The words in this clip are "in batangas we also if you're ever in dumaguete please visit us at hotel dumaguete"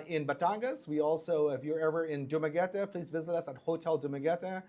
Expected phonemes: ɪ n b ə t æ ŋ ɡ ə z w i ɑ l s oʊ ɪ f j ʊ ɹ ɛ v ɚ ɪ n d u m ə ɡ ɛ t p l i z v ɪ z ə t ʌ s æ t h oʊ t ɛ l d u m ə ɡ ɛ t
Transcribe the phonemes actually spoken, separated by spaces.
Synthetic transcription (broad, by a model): ɪ n b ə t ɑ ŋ ɡ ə s w i ɑ l s oʊ ɪ f j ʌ ɹ ɛ v ɚ ɪ n d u m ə ɡ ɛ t p l i z v ɪ z ə t ʌ s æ t h oʊ t ɛ l d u m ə ɡ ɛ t